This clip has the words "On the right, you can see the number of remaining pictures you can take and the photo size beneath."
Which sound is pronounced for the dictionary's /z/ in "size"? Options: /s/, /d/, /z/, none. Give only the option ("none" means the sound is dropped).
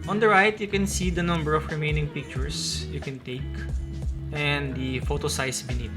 /s/